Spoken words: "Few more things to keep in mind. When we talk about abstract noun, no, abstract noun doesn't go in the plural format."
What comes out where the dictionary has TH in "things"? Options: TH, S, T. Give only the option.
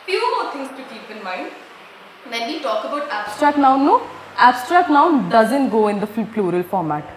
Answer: T